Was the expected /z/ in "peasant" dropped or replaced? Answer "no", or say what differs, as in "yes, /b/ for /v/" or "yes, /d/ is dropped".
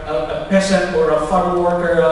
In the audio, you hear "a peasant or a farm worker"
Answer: yes, /s/ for /z/